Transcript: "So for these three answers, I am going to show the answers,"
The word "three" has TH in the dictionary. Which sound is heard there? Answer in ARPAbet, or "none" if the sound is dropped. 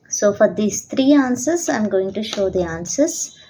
T